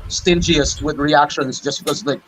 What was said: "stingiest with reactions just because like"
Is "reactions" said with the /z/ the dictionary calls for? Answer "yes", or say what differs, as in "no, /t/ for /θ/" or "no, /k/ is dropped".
yes